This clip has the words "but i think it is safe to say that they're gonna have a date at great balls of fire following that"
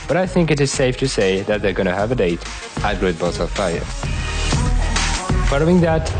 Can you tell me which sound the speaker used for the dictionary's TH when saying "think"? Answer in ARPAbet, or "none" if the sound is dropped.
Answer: TH